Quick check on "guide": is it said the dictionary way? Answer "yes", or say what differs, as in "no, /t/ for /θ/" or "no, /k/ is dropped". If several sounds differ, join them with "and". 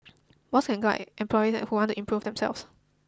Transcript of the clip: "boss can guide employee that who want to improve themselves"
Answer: no, /d/ is dropped